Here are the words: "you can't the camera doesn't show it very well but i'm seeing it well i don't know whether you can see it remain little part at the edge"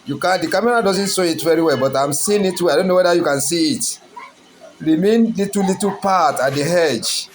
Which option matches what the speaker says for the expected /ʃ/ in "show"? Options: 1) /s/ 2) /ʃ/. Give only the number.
1